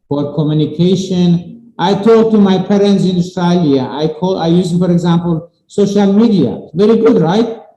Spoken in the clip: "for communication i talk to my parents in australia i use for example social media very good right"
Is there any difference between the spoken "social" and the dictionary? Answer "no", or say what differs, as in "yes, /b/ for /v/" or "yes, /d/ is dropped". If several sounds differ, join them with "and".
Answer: no